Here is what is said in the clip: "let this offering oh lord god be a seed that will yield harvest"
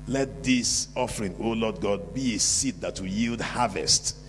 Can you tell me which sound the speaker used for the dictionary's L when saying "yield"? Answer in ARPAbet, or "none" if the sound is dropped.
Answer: L